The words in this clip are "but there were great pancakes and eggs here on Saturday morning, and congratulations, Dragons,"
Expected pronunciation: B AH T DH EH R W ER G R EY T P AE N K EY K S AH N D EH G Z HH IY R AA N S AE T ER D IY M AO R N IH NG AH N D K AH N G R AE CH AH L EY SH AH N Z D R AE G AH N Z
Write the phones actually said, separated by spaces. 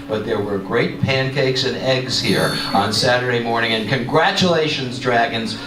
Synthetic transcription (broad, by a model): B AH T DH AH R W ER G R EY T P AE N K EY K S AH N EH G Z HH IY R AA N S AE T ER D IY M AO R N IH NG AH N K AH N G R AE CH AH L EY SH AH N Z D R AE G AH N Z